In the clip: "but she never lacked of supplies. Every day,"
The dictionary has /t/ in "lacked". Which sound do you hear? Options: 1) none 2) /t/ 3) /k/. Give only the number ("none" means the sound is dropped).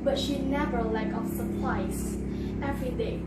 1